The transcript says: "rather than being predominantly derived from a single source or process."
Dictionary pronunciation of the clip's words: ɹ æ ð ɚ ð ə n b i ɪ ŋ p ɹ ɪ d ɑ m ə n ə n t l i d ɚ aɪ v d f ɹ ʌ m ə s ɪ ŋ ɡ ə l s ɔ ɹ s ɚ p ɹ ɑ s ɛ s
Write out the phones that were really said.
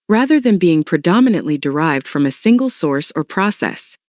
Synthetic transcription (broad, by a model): ɹ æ ð ɚ ð ə n b i ɪ ŋ p ɹ ɪ d ɑ m ə n ə n t l i d ɚ aɪ v d f ɹ ʌ m ə s ɪ ŋ ɡ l s ɔ ɹ s ɚ p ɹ ɑ s ɛ s